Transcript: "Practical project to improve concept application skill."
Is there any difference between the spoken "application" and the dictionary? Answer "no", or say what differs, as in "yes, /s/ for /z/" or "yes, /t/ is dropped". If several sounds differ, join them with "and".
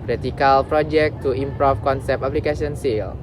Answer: yes, /s/ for /ʃ/